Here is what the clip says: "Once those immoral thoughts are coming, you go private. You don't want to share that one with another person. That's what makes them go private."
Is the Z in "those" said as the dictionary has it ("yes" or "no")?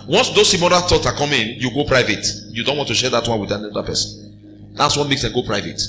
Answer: no